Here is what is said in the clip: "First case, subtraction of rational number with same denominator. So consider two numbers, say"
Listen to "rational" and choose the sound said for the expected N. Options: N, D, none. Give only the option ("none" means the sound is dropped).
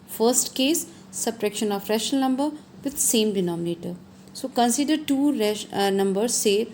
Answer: none